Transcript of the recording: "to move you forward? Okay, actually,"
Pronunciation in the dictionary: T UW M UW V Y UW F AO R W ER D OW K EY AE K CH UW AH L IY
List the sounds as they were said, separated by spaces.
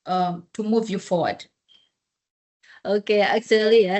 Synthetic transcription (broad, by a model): T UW M UW V Y UW F AO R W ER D OW K EY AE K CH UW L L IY